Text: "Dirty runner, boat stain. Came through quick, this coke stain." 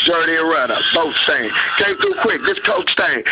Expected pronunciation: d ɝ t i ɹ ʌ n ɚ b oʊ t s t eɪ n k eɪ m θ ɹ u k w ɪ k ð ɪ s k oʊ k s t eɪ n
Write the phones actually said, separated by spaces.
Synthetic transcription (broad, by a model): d ɝ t i ɹ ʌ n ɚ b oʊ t s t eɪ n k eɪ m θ u k w ɪ k ð ɪ s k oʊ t s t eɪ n